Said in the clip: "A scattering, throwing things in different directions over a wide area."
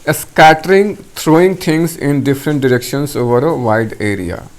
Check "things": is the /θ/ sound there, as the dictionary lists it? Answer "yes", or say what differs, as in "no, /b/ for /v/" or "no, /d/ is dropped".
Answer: no, /t/ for /θ/